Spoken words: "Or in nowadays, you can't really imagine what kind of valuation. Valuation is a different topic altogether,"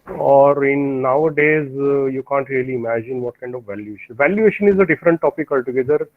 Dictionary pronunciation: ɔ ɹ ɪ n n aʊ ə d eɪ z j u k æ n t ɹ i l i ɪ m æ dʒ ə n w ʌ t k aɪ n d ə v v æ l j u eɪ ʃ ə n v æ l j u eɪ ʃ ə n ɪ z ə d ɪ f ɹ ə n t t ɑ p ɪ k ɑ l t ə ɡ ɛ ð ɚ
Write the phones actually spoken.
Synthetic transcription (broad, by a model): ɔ ɹ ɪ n n aʊ ə d eɪ z j u k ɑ n t ɹ i l i ɪ m æ dʒ ə n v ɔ t k aɪ n d ə v v æ l j u eɪ ʃ ə n v æ l j u eɪ ʃ ə n ɪ z ə d ɪ f ɹ ə n t t ɑ p ɪ k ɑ l t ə ɡ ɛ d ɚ